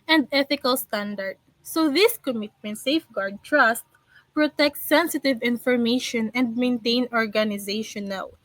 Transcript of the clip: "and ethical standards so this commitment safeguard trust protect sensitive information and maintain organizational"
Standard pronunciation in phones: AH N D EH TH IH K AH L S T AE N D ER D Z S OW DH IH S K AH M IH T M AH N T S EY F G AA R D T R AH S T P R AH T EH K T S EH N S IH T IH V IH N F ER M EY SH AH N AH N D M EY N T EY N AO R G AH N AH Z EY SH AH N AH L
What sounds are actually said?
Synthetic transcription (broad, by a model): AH N D EH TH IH K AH L S T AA N D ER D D S OW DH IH S K AH M IH T M AH N T S EY F G AA R D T R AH S T P R AH T EH K T S EH N S IH T IH V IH N F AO M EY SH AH N AH N D M EY N T EY N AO R G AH N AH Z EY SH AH N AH L